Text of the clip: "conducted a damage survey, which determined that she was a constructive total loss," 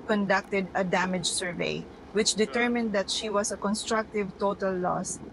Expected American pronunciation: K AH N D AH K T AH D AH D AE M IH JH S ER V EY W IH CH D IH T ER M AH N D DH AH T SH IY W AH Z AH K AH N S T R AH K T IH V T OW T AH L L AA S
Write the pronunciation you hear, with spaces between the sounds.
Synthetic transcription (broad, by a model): K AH N D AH K T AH D AH D AE M IH JH S ER V EY W IH CH D IH T ER M AH N D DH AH T SH IY W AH S AH K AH N S T R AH K T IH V T OW T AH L L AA S